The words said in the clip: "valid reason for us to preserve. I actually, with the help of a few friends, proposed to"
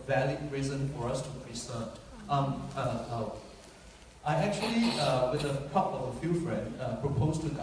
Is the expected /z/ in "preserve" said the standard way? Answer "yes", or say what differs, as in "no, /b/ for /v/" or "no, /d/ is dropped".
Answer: no, /s/ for /z/